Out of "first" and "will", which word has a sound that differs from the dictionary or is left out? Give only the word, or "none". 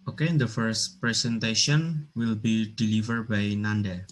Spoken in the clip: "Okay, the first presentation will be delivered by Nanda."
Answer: none